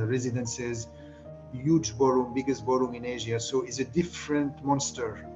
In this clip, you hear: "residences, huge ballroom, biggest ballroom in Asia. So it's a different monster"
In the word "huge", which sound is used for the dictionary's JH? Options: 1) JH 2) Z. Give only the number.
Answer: 1